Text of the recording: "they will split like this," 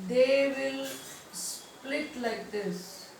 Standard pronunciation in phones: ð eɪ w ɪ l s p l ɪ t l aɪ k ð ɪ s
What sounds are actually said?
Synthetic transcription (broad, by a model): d eɪ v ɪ l s p l ɪ t l aɪ k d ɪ s